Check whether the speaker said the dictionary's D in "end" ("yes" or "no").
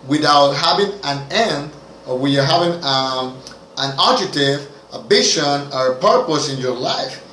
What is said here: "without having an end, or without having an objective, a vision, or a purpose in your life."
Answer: yes